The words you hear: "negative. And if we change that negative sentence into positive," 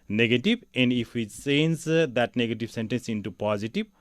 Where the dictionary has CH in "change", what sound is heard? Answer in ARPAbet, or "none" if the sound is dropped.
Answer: S